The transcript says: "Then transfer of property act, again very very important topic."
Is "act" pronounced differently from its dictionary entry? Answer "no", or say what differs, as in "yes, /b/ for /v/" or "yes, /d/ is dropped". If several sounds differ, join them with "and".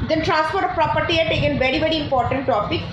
yes, /k/ is dropped